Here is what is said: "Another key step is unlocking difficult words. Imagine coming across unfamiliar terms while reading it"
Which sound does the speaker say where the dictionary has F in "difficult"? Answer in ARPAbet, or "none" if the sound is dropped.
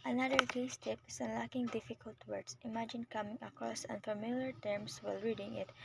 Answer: F